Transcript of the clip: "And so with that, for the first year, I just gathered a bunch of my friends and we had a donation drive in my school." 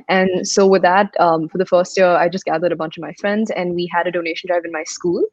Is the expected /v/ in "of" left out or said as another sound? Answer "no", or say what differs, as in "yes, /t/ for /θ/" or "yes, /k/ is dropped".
no